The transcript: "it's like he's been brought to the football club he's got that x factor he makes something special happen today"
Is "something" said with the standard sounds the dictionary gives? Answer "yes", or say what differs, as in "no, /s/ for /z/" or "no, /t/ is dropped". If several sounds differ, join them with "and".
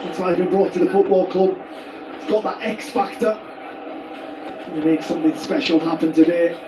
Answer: yes